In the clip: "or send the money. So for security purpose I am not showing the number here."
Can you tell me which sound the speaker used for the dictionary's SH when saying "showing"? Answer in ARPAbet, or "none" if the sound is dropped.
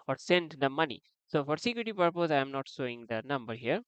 S